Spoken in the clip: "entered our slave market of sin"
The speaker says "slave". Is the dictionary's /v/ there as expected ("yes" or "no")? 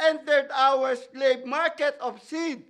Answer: no